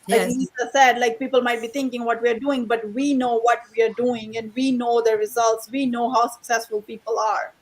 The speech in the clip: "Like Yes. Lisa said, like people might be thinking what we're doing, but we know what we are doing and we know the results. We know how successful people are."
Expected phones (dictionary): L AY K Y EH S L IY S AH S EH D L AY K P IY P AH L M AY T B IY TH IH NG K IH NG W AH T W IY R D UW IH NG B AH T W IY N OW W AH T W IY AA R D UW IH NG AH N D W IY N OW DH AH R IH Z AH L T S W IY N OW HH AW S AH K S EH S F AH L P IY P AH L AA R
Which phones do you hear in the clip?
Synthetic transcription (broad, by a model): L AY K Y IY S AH S EH D L AY K P IY P AH L M AY T B IY T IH NG K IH NG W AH T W IY R D UW IH NG B AH T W IY N OW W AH T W IY AA R D UW IH NG AH N D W IY N OW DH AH R IH Z AH L T S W IY N OW HH AW S AH K S EH S F AH L P IY P AH L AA R